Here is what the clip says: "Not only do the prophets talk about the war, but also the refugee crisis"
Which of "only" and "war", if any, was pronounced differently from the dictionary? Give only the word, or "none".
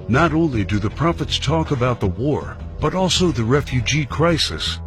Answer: none